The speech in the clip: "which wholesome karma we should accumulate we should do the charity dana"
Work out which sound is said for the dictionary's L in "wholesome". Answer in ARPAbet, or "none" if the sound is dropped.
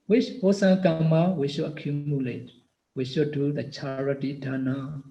none